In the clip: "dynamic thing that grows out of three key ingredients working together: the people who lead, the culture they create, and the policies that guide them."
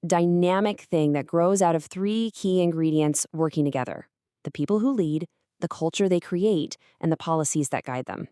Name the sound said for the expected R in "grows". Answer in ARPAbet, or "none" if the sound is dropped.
R